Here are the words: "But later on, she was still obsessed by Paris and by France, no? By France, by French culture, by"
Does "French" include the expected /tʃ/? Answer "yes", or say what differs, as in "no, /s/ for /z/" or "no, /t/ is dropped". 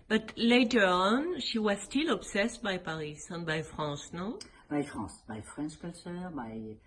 no, /ʃ/ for /tʃ/